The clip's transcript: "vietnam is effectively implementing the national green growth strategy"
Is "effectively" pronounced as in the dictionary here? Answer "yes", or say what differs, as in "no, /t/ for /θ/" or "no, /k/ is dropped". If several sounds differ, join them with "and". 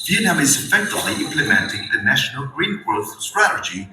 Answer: no, /v/ is dropped